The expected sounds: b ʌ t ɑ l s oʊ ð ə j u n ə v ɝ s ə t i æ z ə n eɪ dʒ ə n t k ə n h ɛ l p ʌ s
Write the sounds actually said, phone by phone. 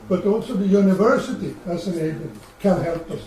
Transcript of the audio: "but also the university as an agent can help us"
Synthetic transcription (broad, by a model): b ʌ t ɑ l s oʊ ð ə j u n ə v ɝ s ə t i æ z ə n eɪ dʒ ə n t k ə n h ɛ l p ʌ s